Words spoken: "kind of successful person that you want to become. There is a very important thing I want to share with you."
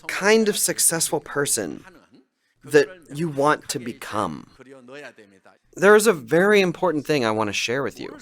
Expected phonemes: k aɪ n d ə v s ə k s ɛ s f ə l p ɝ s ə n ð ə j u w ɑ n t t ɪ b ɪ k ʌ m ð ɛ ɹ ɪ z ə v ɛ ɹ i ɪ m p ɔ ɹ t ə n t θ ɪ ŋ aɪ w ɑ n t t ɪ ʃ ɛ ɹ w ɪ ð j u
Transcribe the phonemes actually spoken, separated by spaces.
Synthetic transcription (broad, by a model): k aɪ n d ə v s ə k s ɛ s f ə l p ɝ s ə n ð ə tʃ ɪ w ɑ n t t ɪ b ɪ k ʌ m ð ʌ ɹ ɪ z ə v ɛ ɹ i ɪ m p ɔ ɹ t n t θ ɪ ŋ aɪ w ɑ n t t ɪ ʃ ɛ ɹ w ɪ ð j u